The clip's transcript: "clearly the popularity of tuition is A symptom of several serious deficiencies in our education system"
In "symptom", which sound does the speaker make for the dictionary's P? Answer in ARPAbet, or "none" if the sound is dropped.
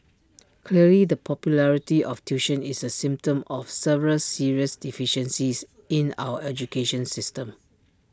P